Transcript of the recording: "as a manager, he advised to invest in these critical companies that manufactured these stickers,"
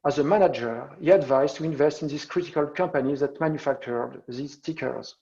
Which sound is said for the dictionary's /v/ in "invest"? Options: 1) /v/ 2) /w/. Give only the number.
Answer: 1